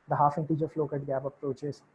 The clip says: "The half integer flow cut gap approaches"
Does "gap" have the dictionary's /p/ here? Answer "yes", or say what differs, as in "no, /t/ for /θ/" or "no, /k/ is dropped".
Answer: no, /b/ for /p/